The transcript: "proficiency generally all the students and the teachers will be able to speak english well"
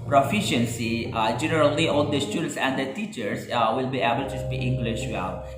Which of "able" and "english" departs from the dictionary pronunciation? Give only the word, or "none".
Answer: none